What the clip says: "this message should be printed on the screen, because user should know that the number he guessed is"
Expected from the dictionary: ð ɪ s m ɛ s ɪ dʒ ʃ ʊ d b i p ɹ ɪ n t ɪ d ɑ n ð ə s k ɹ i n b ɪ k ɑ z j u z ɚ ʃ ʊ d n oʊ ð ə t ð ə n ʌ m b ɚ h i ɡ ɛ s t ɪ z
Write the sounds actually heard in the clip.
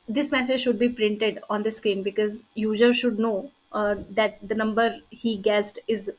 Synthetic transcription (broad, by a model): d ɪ s m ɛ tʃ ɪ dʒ ʃ ʊ d b i p ɹ ɪ n t ɪ d ɑ n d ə s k i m b ɪ k ɑ z j u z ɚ ʃ ʊ d n oʊ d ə t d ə n ʌ m b ɚ h i ɡ ɛ s t ɪ z